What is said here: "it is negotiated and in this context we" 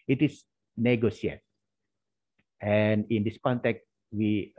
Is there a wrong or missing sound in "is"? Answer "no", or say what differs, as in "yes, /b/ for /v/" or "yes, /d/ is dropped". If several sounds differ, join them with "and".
yes, /s/ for /z/